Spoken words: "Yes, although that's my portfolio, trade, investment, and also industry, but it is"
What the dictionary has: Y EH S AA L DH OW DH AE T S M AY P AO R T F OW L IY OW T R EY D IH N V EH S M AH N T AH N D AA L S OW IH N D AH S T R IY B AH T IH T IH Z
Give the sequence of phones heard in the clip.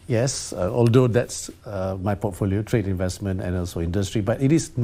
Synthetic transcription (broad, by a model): Y EH S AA L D OW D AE T S M AY P AO T F OW L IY OW T R EY D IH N V EH S M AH N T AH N AA L S OW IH N D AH S T R IY B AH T IH T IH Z